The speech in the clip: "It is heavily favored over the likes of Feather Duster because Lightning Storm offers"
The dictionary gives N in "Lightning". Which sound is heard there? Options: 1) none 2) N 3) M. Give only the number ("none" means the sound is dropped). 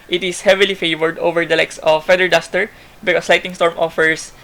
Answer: 1